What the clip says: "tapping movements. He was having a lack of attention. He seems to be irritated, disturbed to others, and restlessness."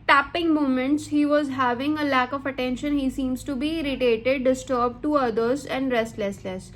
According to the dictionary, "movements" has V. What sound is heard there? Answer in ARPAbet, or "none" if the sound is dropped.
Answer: none